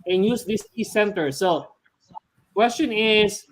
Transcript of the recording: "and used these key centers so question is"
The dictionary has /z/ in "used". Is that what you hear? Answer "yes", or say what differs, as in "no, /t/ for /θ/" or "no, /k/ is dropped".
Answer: no, /s/ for /z/